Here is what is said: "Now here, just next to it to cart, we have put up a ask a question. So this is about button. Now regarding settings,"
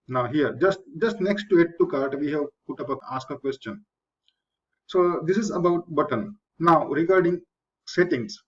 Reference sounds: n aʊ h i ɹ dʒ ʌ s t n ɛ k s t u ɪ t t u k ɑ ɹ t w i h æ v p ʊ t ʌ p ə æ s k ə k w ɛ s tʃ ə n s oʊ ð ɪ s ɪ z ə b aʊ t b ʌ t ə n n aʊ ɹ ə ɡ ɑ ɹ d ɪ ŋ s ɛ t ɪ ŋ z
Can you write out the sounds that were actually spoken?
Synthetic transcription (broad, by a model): n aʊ h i ɹ dʒ ʌ s t n ɛ k s t u ɪ t t u k ɑ ɹ t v i h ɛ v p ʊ t ʌ p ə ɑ s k ə k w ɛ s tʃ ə n s oʊ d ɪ s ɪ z ə b aʊ t b ʌ t ə n n aʊ ɹ ə ɡ ɑ ɹ d ɪ ŋ s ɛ t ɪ ŋ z